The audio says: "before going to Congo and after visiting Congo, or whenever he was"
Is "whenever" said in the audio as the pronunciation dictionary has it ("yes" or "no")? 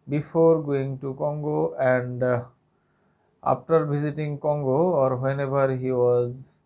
no